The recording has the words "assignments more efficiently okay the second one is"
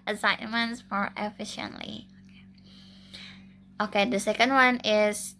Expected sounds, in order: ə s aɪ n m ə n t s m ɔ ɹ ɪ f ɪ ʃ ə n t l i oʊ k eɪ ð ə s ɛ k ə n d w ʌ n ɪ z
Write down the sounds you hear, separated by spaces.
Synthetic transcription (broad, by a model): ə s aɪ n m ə n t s m ɔ ɹ ɪ f ɪ ʃ ə n t l i oʊ k eɪ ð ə s ɛ k ə n d w ʌ n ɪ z